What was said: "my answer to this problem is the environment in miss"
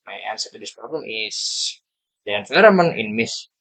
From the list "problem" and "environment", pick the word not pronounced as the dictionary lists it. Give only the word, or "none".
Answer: environment